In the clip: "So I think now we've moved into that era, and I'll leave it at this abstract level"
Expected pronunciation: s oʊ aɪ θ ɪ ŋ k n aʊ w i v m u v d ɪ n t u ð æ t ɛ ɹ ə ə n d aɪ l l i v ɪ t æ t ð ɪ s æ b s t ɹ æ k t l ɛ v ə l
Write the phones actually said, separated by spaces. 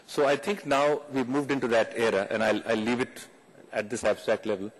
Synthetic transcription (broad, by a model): s oʊ aɪ t ɪ ŋ k n aʊ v i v m u v d ɪ n t u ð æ t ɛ ɹ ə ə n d aɪ l l i v ɪ t æ t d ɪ s æ b s t ɹ æ k t l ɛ v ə l